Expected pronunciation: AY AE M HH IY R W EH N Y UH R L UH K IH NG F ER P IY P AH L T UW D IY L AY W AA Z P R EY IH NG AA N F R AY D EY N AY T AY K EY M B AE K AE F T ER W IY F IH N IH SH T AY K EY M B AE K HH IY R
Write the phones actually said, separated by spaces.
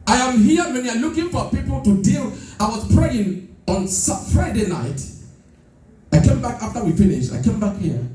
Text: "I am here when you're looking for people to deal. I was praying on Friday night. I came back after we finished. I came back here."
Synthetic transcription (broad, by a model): AY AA M HH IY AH W EH N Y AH L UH K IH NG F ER P IY P AH L T UW D IY L AY W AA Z P R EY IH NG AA N F R AY D EY N AY T AY K EY M B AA K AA F T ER W IY F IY N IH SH AY K EY M B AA K HH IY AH